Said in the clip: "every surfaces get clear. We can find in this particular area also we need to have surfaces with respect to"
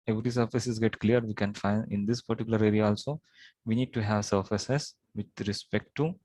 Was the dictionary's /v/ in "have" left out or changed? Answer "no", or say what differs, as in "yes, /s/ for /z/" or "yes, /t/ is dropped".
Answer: no